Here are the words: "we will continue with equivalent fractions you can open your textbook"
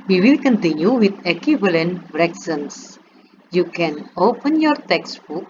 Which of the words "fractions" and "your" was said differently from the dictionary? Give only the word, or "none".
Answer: fractions